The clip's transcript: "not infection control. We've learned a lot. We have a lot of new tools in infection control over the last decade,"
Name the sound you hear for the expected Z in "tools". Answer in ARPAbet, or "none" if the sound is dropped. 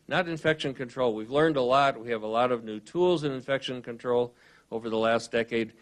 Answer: Z